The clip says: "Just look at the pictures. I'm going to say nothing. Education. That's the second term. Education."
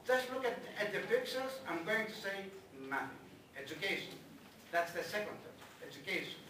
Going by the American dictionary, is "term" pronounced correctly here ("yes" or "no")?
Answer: no